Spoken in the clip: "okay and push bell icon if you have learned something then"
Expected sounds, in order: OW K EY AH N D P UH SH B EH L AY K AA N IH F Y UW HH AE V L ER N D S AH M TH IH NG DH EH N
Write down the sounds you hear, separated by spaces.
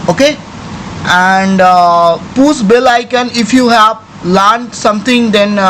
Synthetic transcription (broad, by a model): OW K EY AH N D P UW S B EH L AY K AA N IH F Y UW HH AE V L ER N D S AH M T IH NG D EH N